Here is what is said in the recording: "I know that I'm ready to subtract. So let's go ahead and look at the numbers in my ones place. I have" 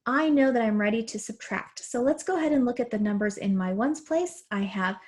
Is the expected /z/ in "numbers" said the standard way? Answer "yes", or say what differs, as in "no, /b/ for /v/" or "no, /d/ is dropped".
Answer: yes